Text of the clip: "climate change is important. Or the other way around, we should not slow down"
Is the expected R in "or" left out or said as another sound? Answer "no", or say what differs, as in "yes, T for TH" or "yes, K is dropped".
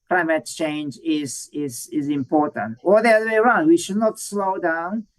yes, L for R